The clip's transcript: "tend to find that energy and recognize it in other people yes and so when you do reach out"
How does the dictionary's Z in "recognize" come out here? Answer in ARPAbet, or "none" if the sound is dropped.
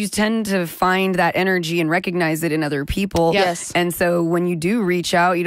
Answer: Z